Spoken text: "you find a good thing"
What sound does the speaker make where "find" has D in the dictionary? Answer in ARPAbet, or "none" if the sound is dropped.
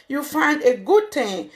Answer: D